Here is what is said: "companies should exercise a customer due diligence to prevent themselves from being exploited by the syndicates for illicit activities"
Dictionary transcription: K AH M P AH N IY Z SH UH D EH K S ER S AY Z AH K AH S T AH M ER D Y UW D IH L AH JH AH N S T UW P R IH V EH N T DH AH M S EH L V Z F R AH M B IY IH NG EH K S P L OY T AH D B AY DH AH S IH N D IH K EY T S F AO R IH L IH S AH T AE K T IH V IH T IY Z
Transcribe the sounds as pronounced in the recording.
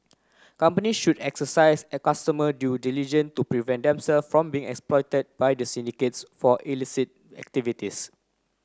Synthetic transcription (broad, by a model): K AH M P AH N IY SH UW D EH K S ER S AY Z AH K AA S T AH M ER D Y UW D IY L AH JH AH N T UW P R IH V EH N T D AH M S EH L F F R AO M B IY IH NG EH K S P L OY T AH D B AY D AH S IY N D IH K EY T S F AO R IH L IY S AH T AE K T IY V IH T IY S